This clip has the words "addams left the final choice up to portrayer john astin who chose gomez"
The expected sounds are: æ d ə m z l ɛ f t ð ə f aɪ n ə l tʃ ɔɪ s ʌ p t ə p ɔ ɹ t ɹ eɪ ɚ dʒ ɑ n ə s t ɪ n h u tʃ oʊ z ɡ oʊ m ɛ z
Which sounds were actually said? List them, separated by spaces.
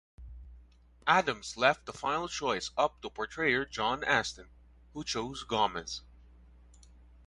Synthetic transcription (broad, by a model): æ d ə m z l ɛ f t ð ə f aɪ n l tʃ ɔɪ s ʌ p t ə p ɔ ɹ t ɹ eɪ ɚ dʒ ɑ n ə s t ɪ n h u tʃ oʊ z ɡ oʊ m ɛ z